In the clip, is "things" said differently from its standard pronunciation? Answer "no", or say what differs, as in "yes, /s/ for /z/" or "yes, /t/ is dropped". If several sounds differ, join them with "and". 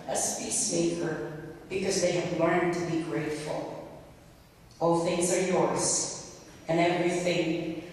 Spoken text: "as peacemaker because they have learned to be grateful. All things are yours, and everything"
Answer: no